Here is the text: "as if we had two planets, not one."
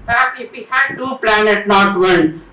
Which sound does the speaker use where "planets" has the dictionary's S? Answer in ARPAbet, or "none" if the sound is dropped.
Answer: none